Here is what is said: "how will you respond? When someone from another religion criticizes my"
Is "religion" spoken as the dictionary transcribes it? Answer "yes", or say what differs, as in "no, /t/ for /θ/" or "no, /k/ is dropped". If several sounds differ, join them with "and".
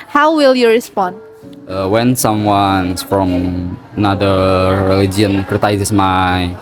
no, /l/ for /ɹ/ and /dʒ/ is dropped